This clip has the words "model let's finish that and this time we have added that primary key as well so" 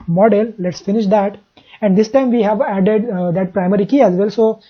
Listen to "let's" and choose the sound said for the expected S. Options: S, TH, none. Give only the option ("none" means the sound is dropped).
S